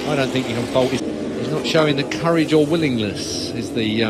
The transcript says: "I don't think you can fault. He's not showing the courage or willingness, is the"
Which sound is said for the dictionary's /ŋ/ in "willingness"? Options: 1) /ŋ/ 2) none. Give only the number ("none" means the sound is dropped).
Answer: 1